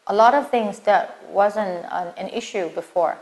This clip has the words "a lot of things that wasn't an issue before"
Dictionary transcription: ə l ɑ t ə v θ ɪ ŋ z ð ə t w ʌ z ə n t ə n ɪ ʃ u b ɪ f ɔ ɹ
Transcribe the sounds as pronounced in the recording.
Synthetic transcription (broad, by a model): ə l ɑ t ə v θ ɪ ŋ z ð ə t w ʌ z ə n t ə n ɪ ʃ u b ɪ f ɔ ɹ